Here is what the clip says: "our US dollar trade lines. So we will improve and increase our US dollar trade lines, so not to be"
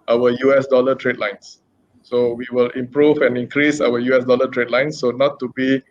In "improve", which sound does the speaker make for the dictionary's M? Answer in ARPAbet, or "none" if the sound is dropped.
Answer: M